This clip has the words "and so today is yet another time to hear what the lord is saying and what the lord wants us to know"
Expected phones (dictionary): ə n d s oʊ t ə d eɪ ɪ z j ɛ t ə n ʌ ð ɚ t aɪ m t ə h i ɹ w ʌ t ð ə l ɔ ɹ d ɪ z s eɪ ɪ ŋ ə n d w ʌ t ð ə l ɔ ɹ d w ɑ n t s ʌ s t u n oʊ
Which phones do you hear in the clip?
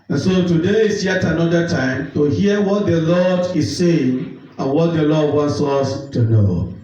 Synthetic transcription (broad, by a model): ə n s oʊ t ə d eɪ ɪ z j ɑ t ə n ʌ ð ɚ t aɪ m t ə h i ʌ w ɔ t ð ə l ɔ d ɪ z s eɪ ɪ ŋ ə n w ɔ t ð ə l ɔ d w ɑ n t s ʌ s t u n oʊ